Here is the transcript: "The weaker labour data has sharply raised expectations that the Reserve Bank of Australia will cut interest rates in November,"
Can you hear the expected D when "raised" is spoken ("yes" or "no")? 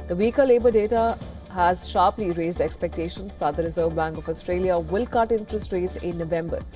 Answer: yes